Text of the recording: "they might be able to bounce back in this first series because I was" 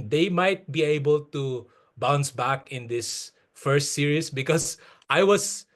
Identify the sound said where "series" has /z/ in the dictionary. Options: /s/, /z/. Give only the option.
/s/